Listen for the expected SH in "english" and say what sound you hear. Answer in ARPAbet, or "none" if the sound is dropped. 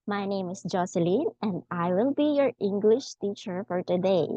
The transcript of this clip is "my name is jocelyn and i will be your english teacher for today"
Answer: SH